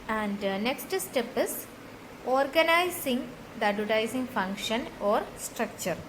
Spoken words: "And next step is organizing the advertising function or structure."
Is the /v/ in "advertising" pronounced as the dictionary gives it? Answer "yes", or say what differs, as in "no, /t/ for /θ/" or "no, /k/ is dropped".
no, /v/ is dropped